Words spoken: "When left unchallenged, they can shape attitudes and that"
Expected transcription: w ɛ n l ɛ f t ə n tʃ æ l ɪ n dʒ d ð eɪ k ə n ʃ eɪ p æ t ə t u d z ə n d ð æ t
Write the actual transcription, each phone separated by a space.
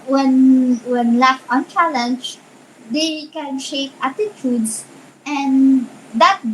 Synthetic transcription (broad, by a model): w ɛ n w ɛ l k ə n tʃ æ l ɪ n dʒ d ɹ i k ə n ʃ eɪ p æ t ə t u d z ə n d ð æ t